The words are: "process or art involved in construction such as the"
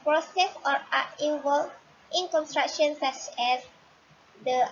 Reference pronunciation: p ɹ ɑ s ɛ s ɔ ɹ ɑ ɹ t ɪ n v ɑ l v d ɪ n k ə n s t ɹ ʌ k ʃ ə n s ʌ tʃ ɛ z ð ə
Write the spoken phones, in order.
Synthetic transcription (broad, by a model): p ɹ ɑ s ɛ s ɔ ɹ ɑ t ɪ v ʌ l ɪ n k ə n s t ɹ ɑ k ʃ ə n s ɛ s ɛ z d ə